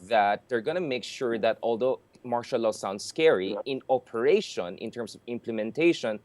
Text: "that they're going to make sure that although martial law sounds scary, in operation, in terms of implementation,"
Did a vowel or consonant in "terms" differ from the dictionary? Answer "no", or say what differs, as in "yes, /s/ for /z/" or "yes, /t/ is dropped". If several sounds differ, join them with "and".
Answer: yes, /s/ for /z/